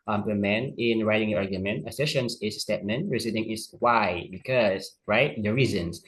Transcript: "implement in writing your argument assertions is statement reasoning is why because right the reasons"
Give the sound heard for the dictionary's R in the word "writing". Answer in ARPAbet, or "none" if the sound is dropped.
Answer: R